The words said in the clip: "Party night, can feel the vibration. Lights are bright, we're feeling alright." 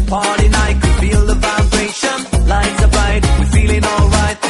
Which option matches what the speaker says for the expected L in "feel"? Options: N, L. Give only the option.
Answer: L